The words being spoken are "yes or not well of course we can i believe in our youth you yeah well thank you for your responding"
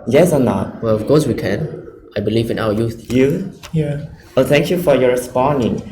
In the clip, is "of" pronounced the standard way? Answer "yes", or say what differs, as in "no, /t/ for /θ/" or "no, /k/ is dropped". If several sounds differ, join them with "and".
no, /f/ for /v/